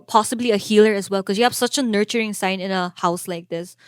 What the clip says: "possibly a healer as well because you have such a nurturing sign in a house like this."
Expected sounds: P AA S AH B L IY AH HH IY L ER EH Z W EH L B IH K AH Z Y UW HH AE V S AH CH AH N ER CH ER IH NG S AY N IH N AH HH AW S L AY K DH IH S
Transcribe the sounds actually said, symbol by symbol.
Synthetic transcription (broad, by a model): P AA S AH B L IY AH HH IY L ER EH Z W EH L K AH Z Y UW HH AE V S AH CH AH N ER CH ER IH NG S AY N IH N AH HH AW S L AY K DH IH S